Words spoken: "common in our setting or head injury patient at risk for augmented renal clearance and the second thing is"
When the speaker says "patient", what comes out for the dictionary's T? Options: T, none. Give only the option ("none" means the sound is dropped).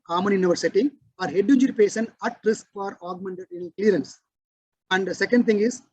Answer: none